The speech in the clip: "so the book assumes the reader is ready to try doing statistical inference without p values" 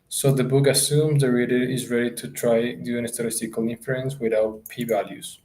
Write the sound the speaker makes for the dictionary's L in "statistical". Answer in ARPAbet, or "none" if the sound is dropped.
L